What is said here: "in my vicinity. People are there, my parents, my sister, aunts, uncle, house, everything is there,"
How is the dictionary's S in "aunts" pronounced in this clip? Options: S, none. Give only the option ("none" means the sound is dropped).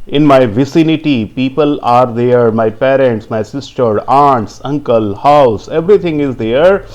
S